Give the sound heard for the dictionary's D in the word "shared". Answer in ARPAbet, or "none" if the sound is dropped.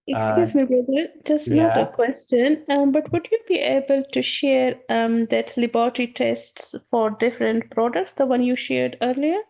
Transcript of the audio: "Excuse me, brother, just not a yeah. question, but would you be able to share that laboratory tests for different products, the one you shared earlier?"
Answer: D